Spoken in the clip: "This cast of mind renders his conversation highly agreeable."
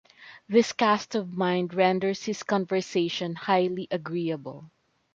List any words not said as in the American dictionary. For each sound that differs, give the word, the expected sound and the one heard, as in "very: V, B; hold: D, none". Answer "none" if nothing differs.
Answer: renders: Z, S; his: Z, S